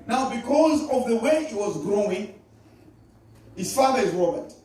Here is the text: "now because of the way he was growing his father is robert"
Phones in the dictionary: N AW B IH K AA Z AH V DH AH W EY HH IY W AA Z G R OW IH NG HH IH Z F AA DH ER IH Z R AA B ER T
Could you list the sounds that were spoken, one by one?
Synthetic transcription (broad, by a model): N AW B IH K AA Z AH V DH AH W EY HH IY W AA Z G R OW IH NG HH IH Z F AA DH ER IH Z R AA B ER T